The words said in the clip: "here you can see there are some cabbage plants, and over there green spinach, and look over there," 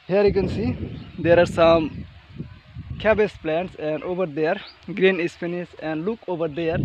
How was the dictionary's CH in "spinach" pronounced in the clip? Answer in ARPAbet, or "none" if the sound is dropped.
S